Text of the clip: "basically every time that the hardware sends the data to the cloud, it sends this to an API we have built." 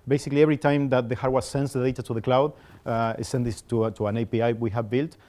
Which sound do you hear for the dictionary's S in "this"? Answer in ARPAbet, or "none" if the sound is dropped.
none